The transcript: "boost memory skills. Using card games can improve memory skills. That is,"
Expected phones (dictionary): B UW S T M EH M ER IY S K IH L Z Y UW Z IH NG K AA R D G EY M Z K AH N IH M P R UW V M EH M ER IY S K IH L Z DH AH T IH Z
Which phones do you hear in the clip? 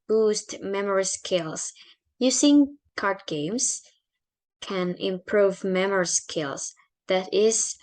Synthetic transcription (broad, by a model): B UW S T M EH M ER IY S K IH L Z Y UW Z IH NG K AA R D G EY M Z K AH N IH M P R UW V M EH M ER IY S K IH L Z DH AH T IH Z